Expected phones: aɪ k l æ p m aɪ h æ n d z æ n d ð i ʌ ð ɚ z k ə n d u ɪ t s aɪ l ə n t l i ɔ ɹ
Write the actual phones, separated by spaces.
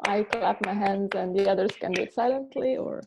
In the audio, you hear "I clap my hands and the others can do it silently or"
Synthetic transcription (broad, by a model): aɪ k l æ p m aɪ h æ n d z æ n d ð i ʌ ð ɚ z k ə n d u ɪ t s aɪ l ə n t l i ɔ ɹ